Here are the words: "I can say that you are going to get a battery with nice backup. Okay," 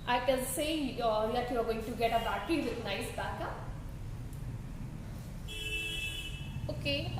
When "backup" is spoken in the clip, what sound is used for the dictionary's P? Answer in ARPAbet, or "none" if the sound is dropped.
none